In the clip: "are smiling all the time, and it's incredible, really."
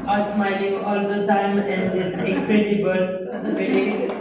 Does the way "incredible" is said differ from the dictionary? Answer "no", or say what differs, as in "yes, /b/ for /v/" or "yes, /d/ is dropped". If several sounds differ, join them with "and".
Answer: yes, /n/ is dropped